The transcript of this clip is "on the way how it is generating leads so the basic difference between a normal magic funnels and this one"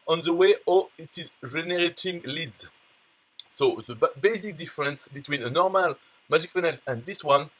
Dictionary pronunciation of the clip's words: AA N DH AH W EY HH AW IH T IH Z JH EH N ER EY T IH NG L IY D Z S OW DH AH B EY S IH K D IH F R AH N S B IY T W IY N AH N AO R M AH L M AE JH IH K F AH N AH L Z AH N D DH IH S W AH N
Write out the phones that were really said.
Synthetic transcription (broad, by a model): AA N DH AH W EY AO IH T IH Z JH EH N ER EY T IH NG L IY D Z S OW DH AH B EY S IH K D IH F R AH N S B IY T W IY N AH N AO R M AH L M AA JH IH K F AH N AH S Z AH N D DH IH S W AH N